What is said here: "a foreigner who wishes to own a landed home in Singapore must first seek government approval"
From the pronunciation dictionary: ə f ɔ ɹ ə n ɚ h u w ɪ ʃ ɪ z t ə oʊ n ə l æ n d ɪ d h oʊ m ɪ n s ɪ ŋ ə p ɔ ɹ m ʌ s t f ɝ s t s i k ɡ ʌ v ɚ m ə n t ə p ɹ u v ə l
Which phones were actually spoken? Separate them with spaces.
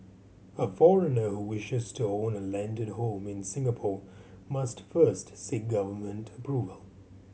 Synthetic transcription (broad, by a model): ə f ɔ ɹ ə n ɚ h u w ɪ ʃ ɪ z t ə oʊ n ə l æ n d ɪ d h oʊ m ɪ n s ɪ ŋ ə p ɔ ɹ m ʌ s t f ɝ s t s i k ɡ ʌ v ɚ m ə n t ə p ɹ u v ə l